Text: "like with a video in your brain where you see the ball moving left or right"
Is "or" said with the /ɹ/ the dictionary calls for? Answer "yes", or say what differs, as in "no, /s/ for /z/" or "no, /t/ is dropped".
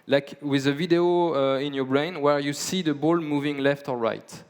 no, /l/ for /ɹ/